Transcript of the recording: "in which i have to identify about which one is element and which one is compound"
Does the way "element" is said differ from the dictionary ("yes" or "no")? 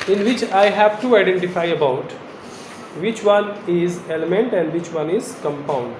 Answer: no